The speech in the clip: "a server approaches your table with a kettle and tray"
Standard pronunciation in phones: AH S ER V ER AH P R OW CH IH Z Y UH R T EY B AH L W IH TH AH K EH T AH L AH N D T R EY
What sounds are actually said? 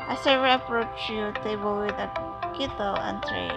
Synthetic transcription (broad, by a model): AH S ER ER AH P R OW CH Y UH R T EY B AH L W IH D AH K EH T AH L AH N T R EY